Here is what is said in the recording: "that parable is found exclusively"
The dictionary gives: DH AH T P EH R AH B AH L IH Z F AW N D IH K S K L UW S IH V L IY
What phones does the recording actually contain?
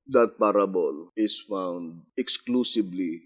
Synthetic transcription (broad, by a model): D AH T P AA R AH B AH L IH S F AW N D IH K S K L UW S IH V L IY